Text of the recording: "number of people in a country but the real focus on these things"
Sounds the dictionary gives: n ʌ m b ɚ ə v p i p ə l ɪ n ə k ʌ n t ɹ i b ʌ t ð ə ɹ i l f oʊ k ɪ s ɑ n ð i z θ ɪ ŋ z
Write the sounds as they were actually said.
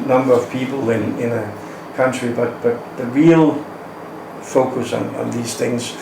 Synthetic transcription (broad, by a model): n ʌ m b ɚ ə v p i p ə n ɪ n ə k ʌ n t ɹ i b ʌ t ð ə ɹ i l f oʊ k ɪ s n n ð i z θ ɪ ŋ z